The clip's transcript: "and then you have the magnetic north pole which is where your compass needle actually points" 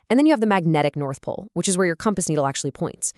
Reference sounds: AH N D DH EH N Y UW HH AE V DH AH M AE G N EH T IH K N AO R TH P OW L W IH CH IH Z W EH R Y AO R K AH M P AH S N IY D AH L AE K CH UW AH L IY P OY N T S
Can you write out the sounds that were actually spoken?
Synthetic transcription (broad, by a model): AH N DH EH N Y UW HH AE V DH AH M AE G N EH T IH K N AO R TH P OW L W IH CH IH Z W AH R Y AO R K AH M P AH S N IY D L AE K CH UW AH L IY P OY N T S